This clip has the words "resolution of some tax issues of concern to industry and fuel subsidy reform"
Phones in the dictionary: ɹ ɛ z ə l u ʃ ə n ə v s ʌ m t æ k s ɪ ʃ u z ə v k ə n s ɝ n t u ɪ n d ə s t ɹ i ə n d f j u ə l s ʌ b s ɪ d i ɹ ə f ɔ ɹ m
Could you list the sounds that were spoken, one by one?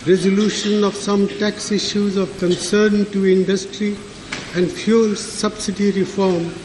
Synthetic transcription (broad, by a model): ɹ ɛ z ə l u ʃ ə n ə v s ʌ m t æ k s ɪ ʃ u z ə v k ə n s ɝ n t u ɪ n d ə s t ɹ i ə n d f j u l s ʌ b s ɪ d i ɹ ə f ɔ ɹ m